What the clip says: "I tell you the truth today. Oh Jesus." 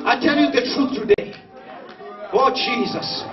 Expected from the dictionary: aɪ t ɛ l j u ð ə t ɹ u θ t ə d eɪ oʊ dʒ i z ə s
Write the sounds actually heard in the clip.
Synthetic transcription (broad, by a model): aɪ t ɛ l j u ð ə t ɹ u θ t ə d eɪ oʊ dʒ i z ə s